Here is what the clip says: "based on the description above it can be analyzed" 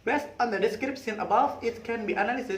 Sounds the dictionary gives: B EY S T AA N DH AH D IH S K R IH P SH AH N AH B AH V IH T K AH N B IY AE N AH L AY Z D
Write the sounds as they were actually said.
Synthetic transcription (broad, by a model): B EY S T AA N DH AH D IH S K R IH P S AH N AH B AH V IH T K AH N B IY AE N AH L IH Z